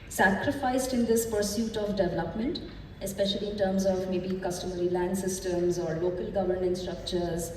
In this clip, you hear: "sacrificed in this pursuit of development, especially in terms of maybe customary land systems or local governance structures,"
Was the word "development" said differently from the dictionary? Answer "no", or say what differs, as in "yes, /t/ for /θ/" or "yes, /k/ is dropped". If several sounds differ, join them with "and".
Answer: no